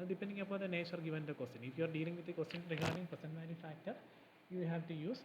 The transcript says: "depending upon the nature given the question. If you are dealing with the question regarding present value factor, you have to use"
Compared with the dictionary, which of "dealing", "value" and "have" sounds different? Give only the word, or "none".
value